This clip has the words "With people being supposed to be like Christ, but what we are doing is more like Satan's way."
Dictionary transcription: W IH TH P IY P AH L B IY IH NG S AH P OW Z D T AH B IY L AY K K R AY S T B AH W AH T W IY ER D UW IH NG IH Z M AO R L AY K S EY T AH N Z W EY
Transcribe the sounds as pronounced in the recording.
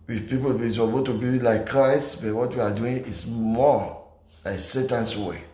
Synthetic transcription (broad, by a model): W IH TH P IY P AH L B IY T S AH B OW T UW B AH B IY L AY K K R AY S T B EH W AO T W IY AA D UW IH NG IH S M AO L AY K S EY T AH N S W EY